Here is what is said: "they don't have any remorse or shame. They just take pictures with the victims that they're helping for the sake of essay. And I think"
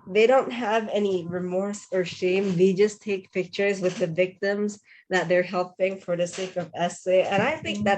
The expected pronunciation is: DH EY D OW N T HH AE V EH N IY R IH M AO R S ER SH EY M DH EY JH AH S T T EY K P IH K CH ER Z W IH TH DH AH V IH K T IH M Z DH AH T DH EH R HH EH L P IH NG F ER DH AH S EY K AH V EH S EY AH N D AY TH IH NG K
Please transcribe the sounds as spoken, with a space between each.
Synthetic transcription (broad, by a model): DH EY D OW N T HH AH V EH N IY R IH M AO R S ER SH EY M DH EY JH AH S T T EY K P IH K CH ER Z W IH DH AH V IH K T IH M Z DH AH T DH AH R HH EH L P IH NG F ER DH AH S EY K AH V EH S EY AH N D AY TH IH NG K